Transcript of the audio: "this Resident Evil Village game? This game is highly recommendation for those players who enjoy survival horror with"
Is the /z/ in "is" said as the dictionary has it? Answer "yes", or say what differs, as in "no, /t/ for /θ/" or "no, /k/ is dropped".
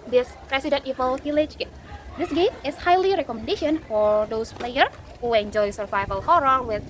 no, /s/ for /z/